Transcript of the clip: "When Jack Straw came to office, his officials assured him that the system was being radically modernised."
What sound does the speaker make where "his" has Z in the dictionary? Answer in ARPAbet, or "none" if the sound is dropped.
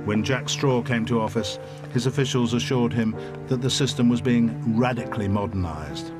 Z